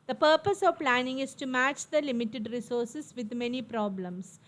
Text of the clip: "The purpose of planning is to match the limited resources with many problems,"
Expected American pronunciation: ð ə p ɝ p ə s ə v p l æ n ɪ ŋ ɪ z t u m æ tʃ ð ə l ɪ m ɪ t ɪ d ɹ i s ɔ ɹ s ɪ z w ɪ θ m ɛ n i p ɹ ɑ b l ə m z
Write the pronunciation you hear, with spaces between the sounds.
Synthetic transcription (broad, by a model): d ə p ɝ p ə s ə v p l æ n ɪ ŋ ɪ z t u m æ tʃ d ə l ɪ m ɪ t ɪ d ɹ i s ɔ ɹ s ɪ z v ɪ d m ɛ n i p ɹ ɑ b l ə m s